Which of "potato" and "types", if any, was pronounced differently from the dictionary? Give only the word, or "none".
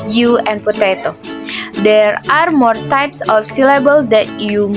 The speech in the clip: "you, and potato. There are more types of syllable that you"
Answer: none